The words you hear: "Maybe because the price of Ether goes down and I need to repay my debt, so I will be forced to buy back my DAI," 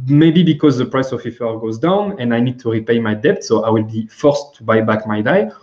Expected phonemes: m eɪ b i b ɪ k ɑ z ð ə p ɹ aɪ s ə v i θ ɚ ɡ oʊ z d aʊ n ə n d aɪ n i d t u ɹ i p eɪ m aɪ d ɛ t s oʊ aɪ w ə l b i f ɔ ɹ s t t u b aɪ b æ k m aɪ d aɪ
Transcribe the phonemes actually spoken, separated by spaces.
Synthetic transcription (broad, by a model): m eɪ b i b ɪ k ɑ z ð ə p ɹ aɪ s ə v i f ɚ ɡ oʊ z d aʊ n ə n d aɪ n i d t u ɹ i p eɪ m aɪ d ɛ t s oʊ aɪ w ə l b i f ɔ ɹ s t t u b aɪ b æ k m aɪ d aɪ